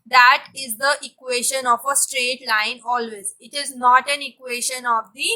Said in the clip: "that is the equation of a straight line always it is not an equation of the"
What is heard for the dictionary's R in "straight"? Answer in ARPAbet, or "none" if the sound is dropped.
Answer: R